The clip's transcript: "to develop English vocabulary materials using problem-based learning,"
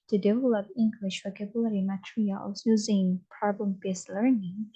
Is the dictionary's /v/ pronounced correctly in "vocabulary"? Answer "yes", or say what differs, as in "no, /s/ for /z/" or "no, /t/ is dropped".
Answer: no, /w/ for /v/